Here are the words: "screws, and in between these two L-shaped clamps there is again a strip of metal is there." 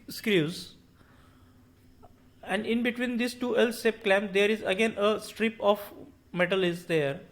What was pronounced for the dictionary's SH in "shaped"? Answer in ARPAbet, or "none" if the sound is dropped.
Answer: S